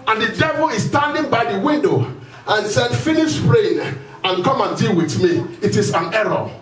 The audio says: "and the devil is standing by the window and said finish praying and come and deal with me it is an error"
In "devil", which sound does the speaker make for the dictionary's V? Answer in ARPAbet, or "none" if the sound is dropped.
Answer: V